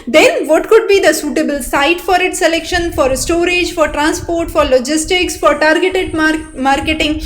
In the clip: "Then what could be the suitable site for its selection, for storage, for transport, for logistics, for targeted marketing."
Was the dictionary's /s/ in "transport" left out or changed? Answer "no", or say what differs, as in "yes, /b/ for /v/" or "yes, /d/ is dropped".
no